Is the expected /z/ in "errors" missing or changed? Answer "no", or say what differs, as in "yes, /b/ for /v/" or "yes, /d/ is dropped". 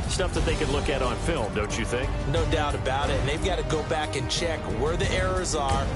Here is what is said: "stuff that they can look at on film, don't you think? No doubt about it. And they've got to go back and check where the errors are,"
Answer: no